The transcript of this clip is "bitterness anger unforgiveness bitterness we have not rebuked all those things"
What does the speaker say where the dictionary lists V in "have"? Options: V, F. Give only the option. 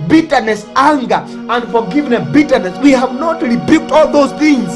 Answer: V